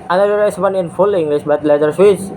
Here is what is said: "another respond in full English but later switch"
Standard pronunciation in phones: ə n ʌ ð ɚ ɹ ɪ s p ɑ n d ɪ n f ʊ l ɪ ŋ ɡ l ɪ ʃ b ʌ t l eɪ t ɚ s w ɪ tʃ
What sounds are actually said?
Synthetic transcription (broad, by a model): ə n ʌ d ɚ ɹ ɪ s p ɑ n ɪ n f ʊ l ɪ ŋ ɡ l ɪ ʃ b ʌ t l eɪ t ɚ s w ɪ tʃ